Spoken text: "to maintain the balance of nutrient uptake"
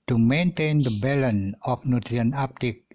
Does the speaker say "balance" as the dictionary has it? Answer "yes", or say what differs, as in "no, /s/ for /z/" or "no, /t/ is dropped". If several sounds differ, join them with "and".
no, /s/ is dropped